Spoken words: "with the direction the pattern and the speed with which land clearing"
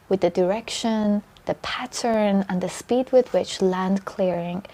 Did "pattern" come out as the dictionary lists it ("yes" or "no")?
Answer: yes